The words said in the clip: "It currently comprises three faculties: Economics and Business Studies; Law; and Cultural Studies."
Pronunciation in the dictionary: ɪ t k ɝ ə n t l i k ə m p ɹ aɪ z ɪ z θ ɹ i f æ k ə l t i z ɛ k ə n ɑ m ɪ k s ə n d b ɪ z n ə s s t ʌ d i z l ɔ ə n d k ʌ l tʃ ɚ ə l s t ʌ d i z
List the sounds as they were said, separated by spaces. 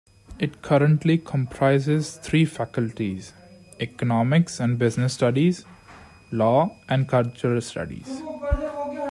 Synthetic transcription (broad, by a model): ɪ t k ɝ ə n t l i k ə m p ɹ aɪ z ɪ z t ɹ i f æ k ə l t i z ɛ k ə n ɑ m ɪ k s ə n d b ɪ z n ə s s t ʌ d i z l ɔ ə n d k ʌ l tʃ ɚ ə l s t ʌ d i z